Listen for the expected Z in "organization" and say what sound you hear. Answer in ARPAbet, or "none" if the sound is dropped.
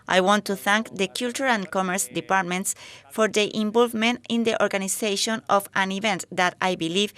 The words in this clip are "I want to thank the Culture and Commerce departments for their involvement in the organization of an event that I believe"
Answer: S